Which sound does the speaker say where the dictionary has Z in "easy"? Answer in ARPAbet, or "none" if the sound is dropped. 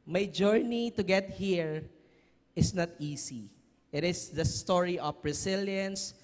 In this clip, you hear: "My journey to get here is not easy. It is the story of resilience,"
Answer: S